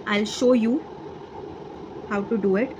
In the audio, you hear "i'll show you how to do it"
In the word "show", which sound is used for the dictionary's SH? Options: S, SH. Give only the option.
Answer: SH